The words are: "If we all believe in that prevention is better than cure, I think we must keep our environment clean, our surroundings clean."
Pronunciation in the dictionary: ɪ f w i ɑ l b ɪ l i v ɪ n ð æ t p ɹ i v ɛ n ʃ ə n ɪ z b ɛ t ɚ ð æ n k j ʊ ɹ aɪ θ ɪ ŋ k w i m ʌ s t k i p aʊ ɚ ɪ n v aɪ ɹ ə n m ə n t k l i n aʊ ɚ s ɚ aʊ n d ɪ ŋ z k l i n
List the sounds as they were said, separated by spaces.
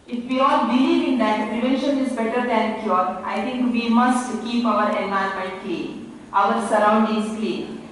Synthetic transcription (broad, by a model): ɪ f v i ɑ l b ɪ l i v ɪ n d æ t p ɹ i v ɛ n ʃ ə n ɪ z b ɛ t ɚ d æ n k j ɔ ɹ aɪ t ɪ ŋ k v i m ʌ s t k i p aʊ ɚ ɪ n aɪ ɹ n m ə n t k l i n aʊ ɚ s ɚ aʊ n d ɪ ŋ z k l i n